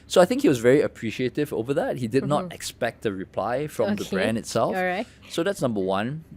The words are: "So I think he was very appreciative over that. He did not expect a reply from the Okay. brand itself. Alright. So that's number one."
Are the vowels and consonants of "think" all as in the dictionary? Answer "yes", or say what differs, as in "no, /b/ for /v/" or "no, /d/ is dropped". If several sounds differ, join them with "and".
yes